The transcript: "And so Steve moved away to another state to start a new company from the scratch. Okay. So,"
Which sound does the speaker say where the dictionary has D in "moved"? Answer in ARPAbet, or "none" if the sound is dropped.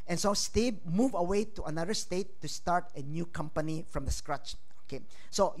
none